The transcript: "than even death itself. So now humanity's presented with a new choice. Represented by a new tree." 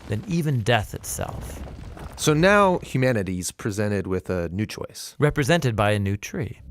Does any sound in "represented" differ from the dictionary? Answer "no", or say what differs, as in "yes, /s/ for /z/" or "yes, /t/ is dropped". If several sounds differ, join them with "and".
no